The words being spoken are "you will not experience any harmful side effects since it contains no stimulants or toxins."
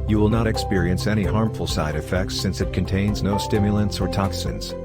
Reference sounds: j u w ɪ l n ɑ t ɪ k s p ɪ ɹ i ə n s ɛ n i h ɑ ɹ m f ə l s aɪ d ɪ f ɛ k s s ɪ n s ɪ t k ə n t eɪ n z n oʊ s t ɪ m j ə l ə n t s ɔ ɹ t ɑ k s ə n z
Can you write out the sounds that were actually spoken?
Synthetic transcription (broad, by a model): j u w ɪ l n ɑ t ɪ k s p ɪ ɹ i ə n s ɛ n i h ɑ ɹ m f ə l s aɪ d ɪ f ɛ k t s ɪ n s ɪ t k ə n t eɪ n z n oʊ s t ɪ m j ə l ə n s ɔ ɹ t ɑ k s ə n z